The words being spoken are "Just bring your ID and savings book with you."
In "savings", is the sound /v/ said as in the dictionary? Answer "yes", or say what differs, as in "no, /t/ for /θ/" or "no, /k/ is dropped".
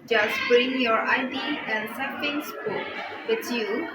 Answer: no, /f/ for /v/